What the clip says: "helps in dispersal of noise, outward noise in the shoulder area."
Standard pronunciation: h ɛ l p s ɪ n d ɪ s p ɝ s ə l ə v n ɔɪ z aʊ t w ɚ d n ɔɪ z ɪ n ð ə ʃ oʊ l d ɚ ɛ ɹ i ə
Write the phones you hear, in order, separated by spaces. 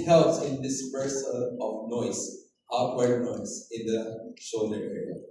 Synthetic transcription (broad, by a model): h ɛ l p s ɪ n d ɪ s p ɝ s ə n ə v n ɔɪ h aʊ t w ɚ n ɔɪ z ɪ n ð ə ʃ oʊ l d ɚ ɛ ɹ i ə